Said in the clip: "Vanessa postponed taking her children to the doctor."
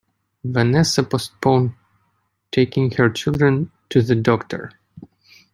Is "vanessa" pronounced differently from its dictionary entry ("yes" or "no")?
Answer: no